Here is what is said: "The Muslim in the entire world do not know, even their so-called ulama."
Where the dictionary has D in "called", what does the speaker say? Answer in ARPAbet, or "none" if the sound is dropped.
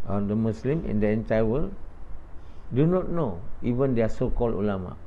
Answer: none